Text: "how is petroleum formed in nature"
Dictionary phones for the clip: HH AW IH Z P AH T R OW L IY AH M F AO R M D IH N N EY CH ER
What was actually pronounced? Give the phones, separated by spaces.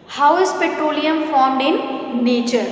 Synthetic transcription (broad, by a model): HH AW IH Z P AH T R OW L IY AH M F AO R M D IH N N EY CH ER